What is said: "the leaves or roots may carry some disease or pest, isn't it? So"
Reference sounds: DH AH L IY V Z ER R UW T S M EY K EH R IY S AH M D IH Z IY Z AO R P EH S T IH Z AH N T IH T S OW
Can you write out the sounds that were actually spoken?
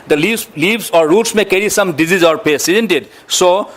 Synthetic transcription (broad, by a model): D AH L IY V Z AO R UW T S M EY K EH R IY S AH M D IH Z IY Z AO R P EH S IH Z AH N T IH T S OW